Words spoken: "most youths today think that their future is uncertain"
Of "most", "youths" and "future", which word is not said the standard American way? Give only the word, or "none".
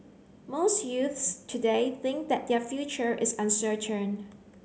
none